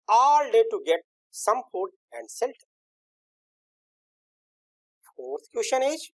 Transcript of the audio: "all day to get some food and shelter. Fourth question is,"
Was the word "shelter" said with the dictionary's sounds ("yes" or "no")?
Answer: no